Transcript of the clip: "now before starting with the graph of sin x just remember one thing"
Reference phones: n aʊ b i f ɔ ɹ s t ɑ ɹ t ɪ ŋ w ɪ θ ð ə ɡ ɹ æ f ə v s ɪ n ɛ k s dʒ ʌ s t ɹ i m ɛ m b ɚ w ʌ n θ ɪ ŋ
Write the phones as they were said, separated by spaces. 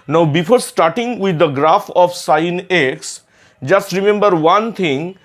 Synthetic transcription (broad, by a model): n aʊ b i f ɔ ɹ s t ɑ ɹ t ɪ ŋ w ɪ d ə ɡ ɹ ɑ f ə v s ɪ n ɛ k s dʒ ʌ s t ɹ i m ɛ m b ɚ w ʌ n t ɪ ŋ